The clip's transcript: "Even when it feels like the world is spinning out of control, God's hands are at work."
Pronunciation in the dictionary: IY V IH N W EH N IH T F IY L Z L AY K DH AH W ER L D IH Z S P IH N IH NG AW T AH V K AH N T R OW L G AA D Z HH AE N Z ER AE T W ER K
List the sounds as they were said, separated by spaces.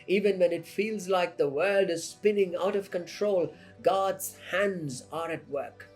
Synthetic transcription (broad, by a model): IY V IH N W EH N IH T F IY L Z L AY K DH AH W ER L D IH Z S P IH N IH NG AW T AH V K AH N T R OW L G AA D Z HH AE N Z ER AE T W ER K